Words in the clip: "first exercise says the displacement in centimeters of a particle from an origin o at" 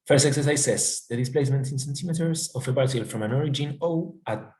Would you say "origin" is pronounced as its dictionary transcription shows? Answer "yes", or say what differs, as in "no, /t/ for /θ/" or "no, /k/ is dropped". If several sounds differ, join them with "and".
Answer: yes